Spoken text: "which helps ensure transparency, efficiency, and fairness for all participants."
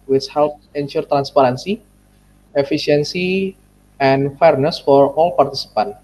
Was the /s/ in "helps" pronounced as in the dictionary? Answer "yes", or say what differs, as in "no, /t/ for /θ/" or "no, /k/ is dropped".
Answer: no, /s/ is dropped